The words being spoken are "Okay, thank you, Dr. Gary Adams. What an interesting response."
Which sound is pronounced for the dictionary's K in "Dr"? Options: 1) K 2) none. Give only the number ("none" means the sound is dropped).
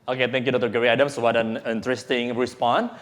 2